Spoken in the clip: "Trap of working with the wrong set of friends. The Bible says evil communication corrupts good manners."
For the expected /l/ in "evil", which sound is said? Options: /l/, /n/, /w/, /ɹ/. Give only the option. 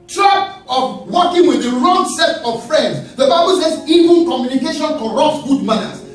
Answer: /n/